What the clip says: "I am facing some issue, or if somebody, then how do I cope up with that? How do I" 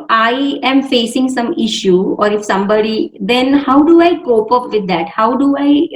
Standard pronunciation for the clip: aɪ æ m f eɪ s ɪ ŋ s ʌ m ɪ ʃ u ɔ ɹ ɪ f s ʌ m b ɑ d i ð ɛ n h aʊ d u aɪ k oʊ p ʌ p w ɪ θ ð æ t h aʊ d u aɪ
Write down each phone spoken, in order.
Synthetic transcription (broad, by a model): aɪ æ m f eɪ s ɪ ŋ s ʌ m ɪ ʃ u ɔ ɹ ɪ f s ʌ m b ɑ d i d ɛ n h aʊ d u aɪ k oʊ p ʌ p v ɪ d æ t h aʊ d u aɪ